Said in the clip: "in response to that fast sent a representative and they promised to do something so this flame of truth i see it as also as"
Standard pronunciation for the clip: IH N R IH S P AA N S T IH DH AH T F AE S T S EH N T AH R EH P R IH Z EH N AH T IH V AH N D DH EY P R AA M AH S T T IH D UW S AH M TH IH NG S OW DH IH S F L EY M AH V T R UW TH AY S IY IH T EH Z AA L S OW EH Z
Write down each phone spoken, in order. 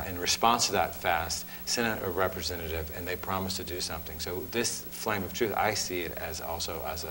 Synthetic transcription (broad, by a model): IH N R IH S P AA N S T IH DH AH T F AE S T S EH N T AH R EH P R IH Z EH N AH T IH V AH N DH EY P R AA M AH S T T IH D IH S AH M TH IH NG S OW DH IH S F L EY M AH V T R UW TH AY S IY IH T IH Z AA L S OW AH Z